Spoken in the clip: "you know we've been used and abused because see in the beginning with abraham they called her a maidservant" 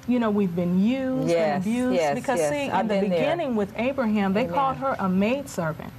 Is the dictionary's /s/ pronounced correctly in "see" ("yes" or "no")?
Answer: no